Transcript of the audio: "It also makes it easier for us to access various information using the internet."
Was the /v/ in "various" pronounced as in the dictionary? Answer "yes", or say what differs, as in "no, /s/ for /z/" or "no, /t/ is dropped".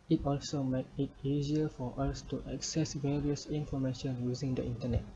yes